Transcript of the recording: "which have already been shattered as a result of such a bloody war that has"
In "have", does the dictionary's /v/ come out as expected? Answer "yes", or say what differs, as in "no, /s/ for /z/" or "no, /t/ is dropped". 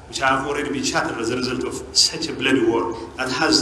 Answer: no, /f/ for /v/